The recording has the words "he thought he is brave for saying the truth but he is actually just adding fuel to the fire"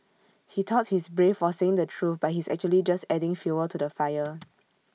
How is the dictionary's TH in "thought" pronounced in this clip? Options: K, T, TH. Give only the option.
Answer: T